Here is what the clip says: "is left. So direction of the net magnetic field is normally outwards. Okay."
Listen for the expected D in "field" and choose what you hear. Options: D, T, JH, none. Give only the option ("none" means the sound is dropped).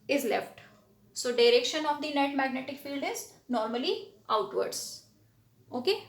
D